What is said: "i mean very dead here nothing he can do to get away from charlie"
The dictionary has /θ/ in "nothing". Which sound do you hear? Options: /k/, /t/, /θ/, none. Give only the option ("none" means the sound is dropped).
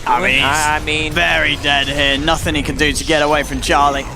/θ/